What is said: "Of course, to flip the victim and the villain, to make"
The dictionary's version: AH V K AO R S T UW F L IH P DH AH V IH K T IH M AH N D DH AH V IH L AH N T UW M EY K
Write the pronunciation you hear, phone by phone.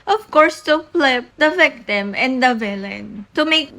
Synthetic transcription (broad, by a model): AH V K AO R S T UW P L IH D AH V IH K T IH M AH N D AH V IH L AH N T UW M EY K